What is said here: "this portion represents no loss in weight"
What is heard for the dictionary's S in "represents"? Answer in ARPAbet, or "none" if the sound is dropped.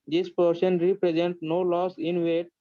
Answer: none